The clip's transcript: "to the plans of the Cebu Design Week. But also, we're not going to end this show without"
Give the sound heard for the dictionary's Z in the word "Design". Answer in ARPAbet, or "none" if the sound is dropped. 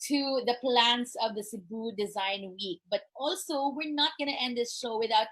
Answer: Z